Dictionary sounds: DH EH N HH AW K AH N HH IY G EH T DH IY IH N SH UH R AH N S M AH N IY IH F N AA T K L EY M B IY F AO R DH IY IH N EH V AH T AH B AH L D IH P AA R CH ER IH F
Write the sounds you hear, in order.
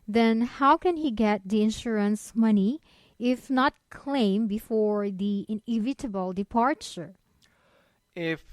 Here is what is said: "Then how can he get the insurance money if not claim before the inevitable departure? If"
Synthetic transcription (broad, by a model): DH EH N HH AW K AH N HH IY G EH T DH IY IH N SH UH R AH N S M AH N IY IH F N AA T K L EY M B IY F AO R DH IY IH N EH V AH T AH B AH L D IH P AA R CH ER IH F